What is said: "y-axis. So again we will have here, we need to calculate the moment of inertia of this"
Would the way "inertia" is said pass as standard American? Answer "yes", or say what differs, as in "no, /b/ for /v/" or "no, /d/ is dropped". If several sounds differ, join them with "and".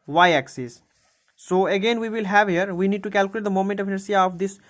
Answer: no, /s/ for /ʃ/